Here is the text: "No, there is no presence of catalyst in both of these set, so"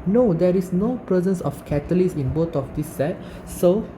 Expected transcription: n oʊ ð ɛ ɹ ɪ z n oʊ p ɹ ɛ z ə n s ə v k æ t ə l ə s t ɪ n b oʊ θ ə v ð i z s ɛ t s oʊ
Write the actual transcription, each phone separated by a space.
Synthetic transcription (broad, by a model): n oʊ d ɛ ɹ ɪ s n oʊ p ɹ ɛ z ə n s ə f k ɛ t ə l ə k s ɪ n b oʊ t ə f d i s ɛ t s oʊ